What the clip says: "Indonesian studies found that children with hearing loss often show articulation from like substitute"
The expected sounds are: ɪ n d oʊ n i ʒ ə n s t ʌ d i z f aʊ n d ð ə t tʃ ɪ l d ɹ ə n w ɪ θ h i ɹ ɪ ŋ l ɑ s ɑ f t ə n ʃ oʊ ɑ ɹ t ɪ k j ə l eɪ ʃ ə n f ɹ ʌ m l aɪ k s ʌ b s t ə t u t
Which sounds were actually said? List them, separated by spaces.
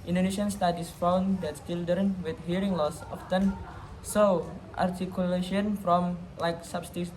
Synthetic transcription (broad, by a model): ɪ n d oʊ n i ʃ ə n s t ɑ d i s f aʊ n d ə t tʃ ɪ l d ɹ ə n w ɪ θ h i ɹ ɪ ŋ l ɑ s ɑ f t ə n s oʊ ɑ ɹ t ɪ k j ə l eɪ ʃ ə n f ɹ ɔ m l aɪ k s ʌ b s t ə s